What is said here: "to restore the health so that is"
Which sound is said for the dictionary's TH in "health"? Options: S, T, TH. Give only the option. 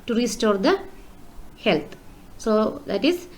T